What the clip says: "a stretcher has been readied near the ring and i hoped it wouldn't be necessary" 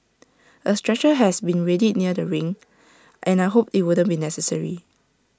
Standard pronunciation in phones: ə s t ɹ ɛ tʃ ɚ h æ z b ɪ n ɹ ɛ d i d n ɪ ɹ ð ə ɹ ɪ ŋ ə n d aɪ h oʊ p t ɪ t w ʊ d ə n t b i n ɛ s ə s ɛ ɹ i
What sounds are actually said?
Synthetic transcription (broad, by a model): ə s t ɹ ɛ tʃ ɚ h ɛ s b ɪ n ɹ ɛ d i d n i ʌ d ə ɹ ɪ ŋ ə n aɪ h oʊ p ɪ t w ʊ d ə n b i n ɛ s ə s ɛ ɹ i